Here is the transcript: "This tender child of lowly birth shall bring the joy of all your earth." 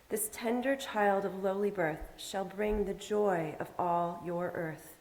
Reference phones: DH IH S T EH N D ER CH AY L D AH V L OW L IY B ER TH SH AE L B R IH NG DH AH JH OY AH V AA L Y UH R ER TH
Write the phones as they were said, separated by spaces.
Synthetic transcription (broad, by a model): DH IH S T EH N D ER CH AY L D AH V L OW L IY B ER TH SH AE L B R IH NG DH AH JH OY AH V AA L Y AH R ER TH